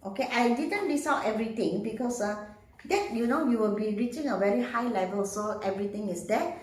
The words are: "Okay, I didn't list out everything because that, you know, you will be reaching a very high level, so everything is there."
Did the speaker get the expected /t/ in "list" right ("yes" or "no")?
no